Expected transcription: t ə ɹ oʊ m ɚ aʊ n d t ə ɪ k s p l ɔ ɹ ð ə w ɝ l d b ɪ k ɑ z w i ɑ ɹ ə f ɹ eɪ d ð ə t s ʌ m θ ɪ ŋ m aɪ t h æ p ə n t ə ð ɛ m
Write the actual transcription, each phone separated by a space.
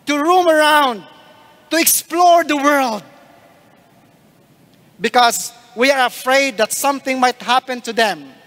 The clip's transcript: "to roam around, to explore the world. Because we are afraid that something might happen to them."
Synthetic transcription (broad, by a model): t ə ɹ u m ɚ aʊ n d t ə ɪ k s p l ɔ ɹ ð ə w ɝ l d b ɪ k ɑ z w i ɑ ɹ ə f ɹ eɪ d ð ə t s ʌ m θ ɪ ŋ m aɪ t h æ p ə n t ə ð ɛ m